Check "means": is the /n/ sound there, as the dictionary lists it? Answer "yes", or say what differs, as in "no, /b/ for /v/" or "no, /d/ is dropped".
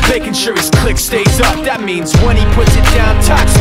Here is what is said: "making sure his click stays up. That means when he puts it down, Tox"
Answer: yes